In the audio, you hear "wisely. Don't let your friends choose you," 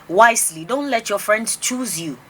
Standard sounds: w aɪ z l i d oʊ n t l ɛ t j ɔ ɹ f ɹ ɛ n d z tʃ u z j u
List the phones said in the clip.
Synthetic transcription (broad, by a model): w aɪ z l i d oʊ n t l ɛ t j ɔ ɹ f ɹ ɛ n d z tʃ u z j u